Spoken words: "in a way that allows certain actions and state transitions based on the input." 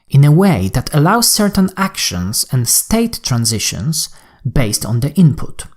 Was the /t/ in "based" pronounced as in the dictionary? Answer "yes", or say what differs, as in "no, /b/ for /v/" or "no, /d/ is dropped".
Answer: yes